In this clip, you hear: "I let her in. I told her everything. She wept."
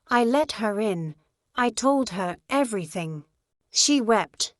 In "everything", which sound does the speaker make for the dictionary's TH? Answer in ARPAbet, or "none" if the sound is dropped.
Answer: TH